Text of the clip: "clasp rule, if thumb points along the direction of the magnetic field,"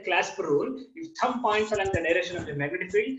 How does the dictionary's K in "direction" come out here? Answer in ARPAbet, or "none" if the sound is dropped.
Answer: none